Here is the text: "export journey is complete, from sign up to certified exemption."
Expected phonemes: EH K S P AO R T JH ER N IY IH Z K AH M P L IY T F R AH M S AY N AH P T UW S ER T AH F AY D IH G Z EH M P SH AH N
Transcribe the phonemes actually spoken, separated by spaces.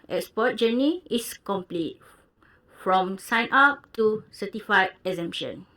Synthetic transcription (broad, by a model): EH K S P AO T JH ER N IY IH S K AH M P L IY T F R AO M S AY N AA P T UW S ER T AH F AY IH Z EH M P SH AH N